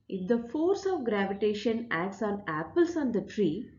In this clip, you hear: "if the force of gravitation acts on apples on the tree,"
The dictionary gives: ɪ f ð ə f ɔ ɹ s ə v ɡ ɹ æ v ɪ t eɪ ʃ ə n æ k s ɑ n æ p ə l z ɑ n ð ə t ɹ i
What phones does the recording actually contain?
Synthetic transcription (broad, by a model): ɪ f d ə f ɔ ɹ s ə v ɡ ɹ æ v ɪ t eɪ ʃ ə n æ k s ɑ n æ p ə l s ɑ n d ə t ɹ i